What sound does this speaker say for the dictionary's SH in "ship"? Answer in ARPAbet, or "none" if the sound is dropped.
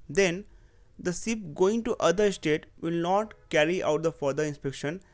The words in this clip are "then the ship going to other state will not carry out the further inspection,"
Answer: S